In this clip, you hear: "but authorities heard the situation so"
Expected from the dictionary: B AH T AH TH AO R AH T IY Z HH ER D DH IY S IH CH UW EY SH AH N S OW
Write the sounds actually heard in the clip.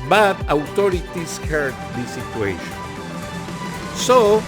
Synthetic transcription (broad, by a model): B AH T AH T AO R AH T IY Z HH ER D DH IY S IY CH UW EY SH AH N S OW